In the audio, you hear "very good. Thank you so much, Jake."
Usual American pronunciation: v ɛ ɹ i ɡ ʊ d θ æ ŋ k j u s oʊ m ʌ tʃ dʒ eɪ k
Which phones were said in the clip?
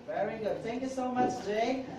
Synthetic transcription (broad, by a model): v ɛ ɹ i ɡ ʊ d θ æ ŋ k j u s oʊ m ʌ tʃ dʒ eɪ